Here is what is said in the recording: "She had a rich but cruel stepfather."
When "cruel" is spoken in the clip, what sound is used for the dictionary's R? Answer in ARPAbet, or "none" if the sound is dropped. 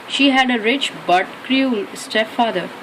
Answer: R